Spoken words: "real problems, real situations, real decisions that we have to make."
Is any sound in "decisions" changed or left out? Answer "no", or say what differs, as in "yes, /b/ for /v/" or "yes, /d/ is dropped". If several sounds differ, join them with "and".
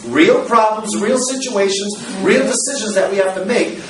no